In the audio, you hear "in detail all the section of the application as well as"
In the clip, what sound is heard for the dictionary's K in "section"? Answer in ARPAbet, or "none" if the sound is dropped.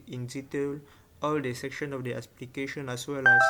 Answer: K